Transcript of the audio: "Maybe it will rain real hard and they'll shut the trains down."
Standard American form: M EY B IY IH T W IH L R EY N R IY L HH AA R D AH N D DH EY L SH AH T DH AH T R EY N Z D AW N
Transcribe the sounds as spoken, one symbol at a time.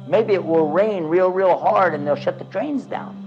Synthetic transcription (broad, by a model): M EY B IY IH T W IH L R EY N R IY L HH AA R D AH N DH EY L SH AH T DH AH T R EY N Z D AW N